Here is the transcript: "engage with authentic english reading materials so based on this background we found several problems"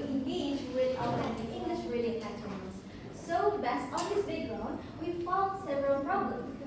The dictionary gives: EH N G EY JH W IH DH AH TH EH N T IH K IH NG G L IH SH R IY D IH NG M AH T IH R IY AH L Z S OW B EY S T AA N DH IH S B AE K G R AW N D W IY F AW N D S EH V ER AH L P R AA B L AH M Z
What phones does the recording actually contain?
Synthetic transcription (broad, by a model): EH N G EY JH W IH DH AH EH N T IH IH NG G L IH SH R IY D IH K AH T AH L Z S OW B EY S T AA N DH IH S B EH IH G R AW N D W IY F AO L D S EH V ER AH L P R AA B L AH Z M